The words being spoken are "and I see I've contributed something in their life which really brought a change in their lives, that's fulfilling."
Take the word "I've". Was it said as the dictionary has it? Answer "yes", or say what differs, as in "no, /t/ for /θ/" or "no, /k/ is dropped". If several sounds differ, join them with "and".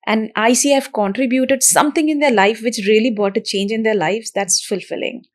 no, /f/ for /v/